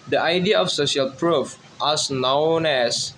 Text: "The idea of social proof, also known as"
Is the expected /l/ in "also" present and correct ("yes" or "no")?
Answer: no